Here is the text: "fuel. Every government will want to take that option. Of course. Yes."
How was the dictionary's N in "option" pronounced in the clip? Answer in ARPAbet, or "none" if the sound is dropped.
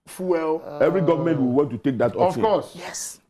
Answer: none